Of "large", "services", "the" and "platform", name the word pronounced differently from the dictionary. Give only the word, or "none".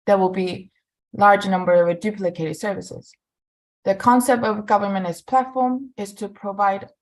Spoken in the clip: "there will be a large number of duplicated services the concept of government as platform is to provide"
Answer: none